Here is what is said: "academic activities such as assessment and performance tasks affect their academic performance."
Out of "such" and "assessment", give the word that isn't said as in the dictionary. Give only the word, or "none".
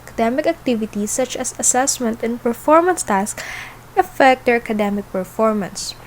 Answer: none